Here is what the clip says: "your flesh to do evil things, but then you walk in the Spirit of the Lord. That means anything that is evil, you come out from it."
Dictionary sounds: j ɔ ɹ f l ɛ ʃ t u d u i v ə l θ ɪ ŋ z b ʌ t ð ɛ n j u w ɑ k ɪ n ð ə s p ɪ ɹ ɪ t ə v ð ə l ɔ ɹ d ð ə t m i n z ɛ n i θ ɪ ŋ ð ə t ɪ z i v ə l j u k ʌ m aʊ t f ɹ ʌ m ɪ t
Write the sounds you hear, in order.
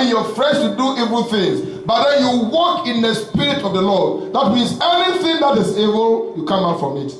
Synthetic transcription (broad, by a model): j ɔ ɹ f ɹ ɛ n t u d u i v ə l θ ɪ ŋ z b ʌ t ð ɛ n j u w ɑ k ɪ n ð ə s p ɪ ɹ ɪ t ə v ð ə l ɔ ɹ d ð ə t m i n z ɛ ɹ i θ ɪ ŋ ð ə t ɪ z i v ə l j u k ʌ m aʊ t f ɹ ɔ m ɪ t